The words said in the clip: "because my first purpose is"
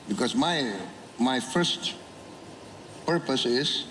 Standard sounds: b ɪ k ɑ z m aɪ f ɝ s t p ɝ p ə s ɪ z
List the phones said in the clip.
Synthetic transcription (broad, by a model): b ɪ k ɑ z m aɪ f ɝ s t p ɝ p ə s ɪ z